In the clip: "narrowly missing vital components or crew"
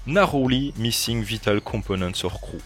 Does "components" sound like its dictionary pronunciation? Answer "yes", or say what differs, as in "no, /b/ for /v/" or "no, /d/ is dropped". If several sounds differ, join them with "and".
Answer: no, /m/ is dropped